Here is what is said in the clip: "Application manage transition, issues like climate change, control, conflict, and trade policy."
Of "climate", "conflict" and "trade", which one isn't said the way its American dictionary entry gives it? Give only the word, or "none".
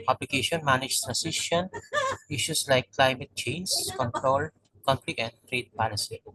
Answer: conflict